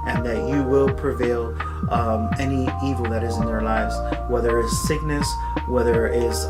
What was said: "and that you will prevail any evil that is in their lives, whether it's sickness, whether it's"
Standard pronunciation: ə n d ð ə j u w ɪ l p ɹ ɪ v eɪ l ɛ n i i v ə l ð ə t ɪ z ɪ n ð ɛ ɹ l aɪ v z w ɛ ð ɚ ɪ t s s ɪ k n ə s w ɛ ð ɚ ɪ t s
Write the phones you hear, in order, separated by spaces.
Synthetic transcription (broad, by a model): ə n ð ə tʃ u w ɪ l p ɹ ɪ v eɪ l ɛ n i i v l ð ə t ɪ z ɪ n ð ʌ ɹ l aɪ v z w ɛ ð ɚ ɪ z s s ɪ k n ə s w ɛ ð ɚ ɪ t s